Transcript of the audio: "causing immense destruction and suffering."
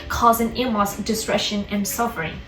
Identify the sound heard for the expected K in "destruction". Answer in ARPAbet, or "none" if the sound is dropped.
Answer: none